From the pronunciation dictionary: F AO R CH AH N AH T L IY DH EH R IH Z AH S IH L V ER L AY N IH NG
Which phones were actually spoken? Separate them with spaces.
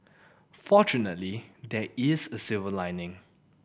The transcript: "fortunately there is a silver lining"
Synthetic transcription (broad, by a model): F AO CH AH N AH T L IY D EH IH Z AH S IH V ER L AY N IH NG